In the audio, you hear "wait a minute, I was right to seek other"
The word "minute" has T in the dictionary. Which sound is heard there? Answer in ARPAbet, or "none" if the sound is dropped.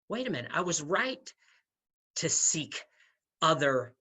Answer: none